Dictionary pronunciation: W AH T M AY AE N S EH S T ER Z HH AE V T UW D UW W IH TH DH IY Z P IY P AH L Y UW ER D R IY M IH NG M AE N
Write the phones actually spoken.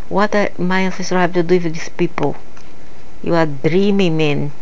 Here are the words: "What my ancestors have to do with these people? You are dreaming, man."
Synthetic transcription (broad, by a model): W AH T M AY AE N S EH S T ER HH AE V T UW D UW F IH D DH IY S P IY P AH L Y UW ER D R IY M IH NG M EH N